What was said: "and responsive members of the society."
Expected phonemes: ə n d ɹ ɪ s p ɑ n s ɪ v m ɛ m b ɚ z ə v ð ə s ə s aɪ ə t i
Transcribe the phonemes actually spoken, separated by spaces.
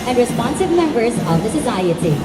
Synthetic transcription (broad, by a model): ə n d ɹ ɪ s p ɑ n s ɪ v m ɛ m b ɚ z ə v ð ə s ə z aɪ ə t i